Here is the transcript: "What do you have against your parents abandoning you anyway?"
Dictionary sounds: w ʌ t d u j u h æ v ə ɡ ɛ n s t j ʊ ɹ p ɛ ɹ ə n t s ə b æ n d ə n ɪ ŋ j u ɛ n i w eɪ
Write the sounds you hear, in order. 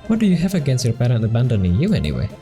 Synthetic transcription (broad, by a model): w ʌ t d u j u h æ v ə ɡ ɛ n s t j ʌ ɹ p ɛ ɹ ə n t ə b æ n d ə n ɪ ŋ j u ɛ n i w eɪ